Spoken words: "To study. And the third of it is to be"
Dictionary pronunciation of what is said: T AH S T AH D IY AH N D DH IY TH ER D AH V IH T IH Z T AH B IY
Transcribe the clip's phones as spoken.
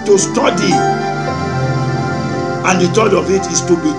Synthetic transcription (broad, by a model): T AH S T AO D IY AH N D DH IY T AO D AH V IH T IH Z T AH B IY